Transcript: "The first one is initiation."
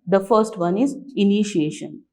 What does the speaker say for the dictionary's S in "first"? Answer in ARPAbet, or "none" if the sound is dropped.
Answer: S